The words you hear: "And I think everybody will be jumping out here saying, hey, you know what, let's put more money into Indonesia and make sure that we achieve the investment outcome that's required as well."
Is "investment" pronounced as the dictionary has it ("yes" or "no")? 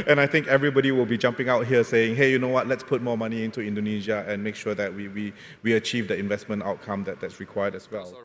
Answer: yes